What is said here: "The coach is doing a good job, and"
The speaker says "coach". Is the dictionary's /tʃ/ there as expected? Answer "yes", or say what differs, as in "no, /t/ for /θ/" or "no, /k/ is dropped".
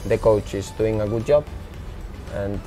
yes